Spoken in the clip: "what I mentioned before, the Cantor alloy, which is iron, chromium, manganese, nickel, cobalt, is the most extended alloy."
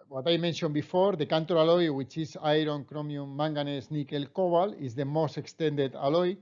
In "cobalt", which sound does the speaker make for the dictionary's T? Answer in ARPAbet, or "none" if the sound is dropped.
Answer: none